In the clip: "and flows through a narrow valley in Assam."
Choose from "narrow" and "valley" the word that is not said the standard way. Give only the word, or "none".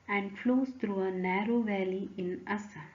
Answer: none